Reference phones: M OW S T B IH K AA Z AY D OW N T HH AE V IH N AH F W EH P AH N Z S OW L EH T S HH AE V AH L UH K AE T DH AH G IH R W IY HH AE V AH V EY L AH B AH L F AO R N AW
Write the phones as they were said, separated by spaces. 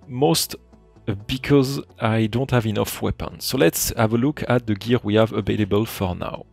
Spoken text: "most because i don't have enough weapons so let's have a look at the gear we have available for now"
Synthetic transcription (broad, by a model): M OW S T B IH K AA Z AY D OW N T HH AE V IH N AH F W EH P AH N S OW L EH T S HH AE V AH L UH K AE T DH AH G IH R W IY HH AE V AH V EY L AH B AH L F AO R N AW